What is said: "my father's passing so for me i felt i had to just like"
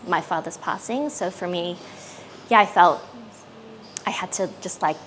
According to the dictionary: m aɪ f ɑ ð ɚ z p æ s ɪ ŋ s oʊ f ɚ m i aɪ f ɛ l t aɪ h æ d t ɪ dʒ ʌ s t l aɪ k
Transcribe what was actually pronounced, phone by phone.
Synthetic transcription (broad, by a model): m aɪ f ɑ ð ɚ z p æ s ɪ ŋ s oʊ f ɚ m i aɪ f ɛ l t aɪ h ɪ d t ɪ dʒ ʌ s t l aɪ k